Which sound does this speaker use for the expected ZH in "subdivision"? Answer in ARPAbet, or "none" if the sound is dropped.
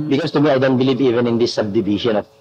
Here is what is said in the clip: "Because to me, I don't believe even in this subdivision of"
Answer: SH